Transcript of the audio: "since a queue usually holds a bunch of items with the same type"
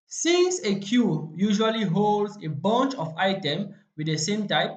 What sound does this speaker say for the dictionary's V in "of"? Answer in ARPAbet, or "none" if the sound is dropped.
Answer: F